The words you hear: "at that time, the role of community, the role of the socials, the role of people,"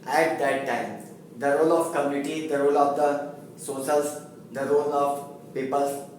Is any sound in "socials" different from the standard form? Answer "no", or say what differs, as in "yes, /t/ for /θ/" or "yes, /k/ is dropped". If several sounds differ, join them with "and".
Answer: yes, /s/ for /ʃ/